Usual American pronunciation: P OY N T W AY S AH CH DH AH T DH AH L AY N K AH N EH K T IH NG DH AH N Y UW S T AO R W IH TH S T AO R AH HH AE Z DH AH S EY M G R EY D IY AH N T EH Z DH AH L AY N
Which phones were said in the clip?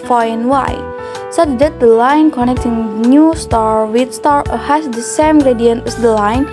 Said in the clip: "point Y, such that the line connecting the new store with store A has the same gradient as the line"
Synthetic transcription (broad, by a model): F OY N W AY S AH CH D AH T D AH L AY N K AH N EH K T IH NG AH N Y UW S T AO R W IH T S T AO R AH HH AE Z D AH S EY M G R EY D IY AH N T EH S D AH L AY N